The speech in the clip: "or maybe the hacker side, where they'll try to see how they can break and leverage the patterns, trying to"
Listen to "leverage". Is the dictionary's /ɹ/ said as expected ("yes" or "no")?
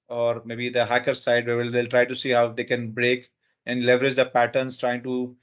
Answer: yes